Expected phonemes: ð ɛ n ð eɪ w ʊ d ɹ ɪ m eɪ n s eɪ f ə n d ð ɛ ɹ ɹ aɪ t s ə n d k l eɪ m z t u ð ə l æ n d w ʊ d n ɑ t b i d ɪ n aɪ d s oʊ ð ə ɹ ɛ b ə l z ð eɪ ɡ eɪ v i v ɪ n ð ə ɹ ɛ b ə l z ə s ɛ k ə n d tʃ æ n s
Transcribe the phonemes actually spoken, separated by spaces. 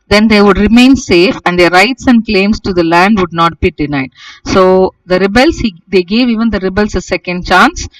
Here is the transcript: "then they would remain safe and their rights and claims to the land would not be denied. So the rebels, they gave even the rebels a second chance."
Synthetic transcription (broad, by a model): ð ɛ n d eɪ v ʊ d ɹ ɪ m eɪ n s eɪ f ə n d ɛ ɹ ɹ aɪ t s ə n d k l eɪ m s t u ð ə l æ n d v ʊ d n ɑ t b i d ɪ n aɪ d s oʊ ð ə ɹ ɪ b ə l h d eɪ ɡ eɪ v i v ɪ n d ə ɹ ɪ b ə l s ə s ɛ k ə n d tʃ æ n s